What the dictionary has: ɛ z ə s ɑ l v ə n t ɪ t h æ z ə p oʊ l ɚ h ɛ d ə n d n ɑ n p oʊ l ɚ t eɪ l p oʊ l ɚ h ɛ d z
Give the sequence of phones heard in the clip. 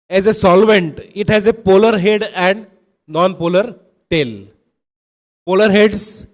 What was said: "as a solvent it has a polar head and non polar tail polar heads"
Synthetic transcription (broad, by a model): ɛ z ə s ɑ l v ə n t ɪ t h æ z ə p oʊ l ɚ h ɛ d ə n d n ɑ n p oʊ l ɚ t eɪ l p oʊ l ɚ h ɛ d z